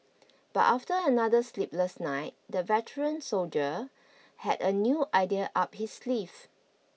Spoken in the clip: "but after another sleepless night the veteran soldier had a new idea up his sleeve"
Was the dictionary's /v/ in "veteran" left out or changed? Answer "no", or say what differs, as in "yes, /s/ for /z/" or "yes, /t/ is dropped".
no